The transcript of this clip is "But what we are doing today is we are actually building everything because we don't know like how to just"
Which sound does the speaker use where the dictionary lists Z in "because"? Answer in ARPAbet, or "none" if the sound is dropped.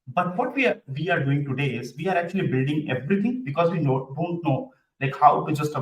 Z